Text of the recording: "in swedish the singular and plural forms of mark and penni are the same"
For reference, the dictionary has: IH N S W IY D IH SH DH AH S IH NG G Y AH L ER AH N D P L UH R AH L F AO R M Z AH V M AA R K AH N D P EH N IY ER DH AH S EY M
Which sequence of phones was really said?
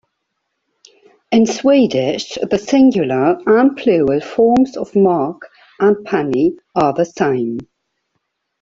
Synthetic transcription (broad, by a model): IH N S W IY D IH SH DH AH S IH NG G Y AH L ER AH N P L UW AH L F AO M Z AH V M AA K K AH N P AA N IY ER DH AH S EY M